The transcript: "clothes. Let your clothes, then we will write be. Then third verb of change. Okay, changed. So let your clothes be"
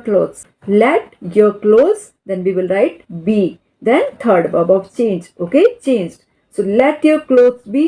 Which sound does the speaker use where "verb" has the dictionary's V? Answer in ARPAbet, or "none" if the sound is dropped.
B